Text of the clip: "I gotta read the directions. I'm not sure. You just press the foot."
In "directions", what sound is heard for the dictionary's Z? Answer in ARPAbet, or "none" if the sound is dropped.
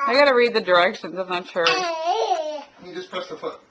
Z